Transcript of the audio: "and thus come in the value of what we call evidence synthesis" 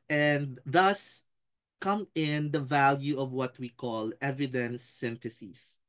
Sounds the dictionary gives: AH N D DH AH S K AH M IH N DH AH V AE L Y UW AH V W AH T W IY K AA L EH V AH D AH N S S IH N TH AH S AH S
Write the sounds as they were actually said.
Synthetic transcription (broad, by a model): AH N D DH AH S K AH M IH N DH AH V AE L Y UW AH V W AH T W IY K AA L EH V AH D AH N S S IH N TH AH S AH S